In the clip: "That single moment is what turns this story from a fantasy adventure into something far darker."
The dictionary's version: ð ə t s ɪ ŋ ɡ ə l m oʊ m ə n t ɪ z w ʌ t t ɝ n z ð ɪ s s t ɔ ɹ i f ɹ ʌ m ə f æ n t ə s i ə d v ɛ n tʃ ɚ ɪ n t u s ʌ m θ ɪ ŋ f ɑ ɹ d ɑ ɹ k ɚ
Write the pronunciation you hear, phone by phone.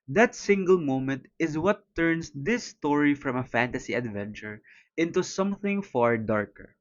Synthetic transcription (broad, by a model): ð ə t s ɪ ŋ ɡ ə l m oʊ m ə n t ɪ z w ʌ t t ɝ n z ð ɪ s s t ɔ ɹ i f ɹ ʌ m ə f æ n t ə s i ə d v ɛ n tʃ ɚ ɪ n t u s ʌ m θ ɪ ŋ f ɑ ɹ d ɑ ɹ k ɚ